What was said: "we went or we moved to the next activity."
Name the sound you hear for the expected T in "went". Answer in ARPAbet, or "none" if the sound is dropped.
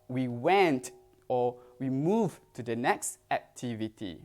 T